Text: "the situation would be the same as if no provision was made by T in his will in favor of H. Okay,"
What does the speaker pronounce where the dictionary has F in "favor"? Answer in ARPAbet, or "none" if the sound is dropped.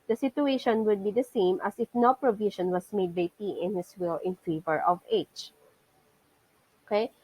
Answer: F